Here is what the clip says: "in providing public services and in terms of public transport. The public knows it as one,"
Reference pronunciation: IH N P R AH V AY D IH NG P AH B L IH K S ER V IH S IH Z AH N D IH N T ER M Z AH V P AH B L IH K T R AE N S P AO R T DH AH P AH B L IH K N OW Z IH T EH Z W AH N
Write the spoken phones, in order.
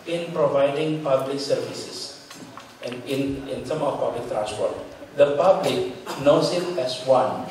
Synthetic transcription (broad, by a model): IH N P R AH V AY D IH NG P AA B L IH K S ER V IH S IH S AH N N IH N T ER M AH F P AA B L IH K T R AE N S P AO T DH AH P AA B L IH K N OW S IH T EH S W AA N